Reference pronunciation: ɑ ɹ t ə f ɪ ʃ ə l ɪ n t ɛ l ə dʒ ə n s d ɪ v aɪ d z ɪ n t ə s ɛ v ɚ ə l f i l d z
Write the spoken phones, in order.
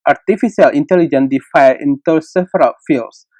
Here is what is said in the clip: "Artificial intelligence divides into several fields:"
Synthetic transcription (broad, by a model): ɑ ɹ t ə f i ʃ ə l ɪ n t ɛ l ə dʒ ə n d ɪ f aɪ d ɪ n t ə s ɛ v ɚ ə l f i l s